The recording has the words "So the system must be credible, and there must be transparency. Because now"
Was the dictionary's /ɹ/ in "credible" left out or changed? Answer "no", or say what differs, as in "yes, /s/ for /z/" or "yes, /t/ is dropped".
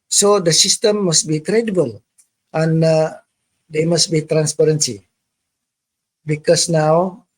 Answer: no